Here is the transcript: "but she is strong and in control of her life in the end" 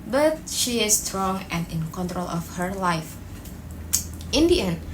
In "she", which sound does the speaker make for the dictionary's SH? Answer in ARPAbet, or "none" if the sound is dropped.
SH